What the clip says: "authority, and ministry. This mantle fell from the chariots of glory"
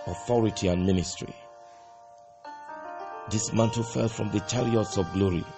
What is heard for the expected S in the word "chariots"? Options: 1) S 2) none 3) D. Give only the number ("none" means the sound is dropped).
1